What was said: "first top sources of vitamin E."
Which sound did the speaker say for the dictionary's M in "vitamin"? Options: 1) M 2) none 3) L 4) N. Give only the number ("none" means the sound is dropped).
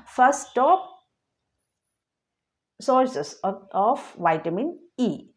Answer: 1